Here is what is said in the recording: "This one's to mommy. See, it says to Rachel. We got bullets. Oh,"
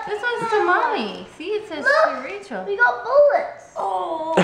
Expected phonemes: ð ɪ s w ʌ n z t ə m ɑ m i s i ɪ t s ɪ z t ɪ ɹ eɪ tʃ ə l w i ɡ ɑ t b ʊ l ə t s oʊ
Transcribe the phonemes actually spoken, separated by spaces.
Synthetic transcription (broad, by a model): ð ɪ s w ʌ z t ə m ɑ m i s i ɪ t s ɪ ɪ ɹ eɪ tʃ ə l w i ɡ ɑ t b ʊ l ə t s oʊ